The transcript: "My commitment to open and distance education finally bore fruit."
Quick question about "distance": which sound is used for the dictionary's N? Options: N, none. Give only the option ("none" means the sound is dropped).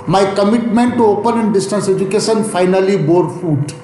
N